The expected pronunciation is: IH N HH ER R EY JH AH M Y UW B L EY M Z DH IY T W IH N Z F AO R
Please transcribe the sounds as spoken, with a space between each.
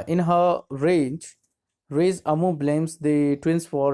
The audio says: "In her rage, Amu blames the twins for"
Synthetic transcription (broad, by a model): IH N HH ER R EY Z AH M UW B L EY M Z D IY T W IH N S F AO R